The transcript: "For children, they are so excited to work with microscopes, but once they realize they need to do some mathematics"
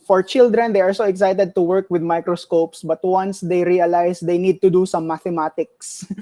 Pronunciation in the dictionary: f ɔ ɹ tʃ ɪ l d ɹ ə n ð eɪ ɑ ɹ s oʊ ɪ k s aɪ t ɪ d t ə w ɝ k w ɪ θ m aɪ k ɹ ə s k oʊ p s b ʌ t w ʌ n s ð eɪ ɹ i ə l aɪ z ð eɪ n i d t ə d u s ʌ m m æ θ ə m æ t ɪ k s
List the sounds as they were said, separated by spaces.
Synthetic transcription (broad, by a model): f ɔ ɹ tʃ ɪ l d ɹ ə n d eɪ ɑ ɹ s oʊ ɪ k s aɪ t ɪ d t ə w ɝ k w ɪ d m aɪ k ɹ ə s k oʊ p s b ʌ t w ʌ n s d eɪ ɹ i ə l aɪ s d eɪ n i d t ə d u s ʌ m m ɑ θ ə m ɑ t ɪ k s